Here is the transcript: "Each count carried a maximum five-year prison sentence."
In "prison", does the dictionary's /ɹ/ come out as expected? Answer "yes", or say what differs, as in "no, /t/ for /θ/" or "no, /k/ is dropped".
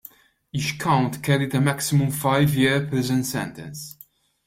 no, /ɹ/ is dropped